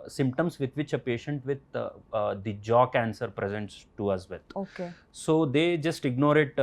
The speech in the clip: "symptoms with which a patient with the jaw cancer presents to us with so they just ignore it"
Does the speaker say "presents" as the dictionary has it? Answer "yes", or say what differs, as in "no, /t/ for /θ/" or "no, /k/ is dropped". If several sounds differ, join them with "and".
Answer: yes